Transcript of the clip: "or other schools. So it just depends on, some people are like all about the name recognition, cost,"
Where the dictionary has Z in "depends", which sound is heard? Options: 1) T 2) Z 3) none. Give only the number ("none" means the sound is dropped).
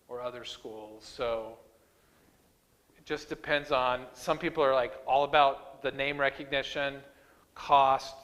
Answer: 2